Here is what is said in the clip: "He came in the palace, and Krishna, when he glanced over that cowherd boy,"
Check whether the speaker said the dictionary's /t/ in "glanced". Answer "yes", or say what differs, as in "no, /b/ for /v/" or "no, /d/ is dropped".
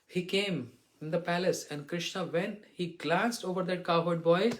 yes